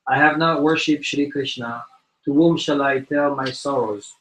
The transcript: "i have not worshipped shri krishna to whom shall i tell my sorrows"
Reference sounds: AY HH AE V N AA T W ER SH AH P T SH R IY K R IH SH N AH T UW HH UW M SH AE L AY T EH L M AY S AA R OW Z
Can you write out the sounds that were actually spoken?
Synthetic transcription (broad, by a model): AY HH AE V N AA T W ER SH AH P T SH R IY K R IH SH N AH T UW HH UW M SH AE L AY T EH L M AY S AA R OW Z